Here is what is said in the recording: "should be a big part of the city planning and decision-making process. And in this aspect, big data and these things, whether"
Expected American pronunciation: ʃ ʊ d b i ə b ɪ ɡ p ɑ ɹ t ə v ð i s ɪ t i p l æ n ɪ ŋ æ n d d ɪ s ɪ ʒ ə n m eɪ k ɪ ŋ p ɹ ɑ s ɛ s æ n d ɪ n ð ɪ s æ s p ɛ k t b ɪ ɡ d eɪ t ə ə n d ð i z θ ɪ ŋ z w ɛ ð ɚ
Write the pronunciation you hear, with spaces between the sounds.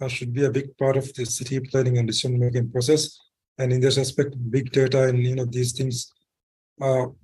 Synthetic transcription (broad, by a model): ʃ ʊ d b i ə b ɪ ɡ p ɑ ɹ t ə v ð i s ɪ t i p l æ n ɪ ŋ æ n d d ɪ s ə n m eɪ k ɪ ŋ p ɹ ɑ s ɛ s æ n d ɪ n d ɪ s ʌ s p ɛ k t b ɪ ɡ d eɪ t ə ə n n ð i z t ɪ ŋ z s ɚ